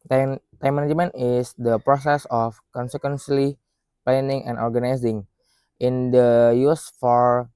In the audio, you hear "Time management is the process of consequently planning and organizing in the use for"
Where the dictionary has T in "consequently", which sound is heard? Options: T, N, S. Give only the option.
S